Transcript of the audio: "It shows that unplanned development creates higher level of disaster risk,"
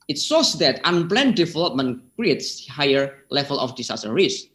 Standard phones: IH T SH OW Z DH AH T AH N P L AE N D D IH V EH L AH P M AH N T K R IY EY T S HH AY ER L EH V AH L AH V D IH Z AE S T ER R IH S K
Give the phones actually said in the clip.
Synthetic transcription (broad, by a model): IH T S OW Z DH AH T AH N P L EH N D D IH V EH L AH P M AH N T K R IY EY T S HH AY ER L EH V AH L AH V D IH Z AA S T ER R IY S